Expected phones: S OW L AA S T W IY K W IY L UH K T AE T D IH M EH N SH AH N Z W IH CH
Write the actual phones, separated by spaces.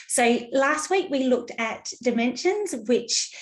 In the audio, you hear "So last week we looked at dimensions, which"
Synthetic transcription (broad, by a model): S OW L AA S T W IY K W IY L UH K T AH T D IH M EH N SH AH N Z W IH CH